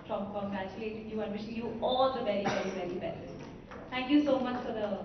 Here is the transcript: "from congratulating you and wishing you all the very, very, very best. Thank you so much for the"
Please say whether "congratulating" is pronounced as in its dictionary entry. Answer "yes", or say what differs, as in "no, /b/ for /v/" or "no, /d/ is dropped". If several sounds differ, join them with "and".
no, /ɹ/ is dropped